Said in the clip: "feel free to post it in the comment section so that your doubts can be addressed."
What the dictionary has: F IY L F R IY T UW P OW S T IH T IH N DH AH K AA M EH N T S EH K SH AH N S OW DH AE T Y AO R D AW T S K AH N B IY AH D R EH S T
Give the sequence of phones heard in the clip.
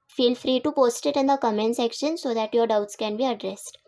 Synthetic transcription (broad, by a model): F IY L F R IY T UW P OW S T IH T IH N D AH K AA M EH N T S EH K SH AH N S OW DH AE T Y AO R D AW T S K AH N B IY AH D R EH S T